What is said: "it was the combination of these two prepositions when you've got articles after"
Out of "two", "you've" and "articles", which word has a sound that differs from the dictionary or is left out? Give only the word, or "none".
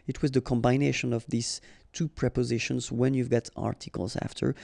none